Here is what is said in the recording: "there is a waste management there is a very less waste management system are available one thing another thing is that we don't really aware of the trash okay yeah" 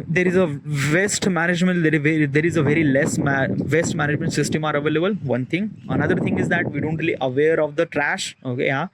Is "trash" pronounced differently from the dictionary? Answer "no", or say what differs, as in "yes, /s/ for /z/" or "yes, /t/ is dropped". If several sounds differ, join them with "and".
no